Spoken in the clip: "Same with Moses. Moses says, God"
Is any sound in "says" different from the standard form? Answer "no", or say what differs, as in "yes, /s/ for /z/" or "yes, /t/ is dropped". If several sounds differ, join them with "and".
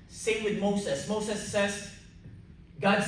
yes, /s/ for /z/